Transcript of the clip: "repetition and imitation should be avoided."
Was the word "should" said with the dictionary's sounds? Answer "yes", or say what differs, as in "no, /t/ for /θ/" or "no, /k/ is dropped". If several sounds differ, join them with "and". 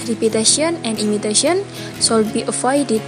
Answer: no, /s/ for /ʃ/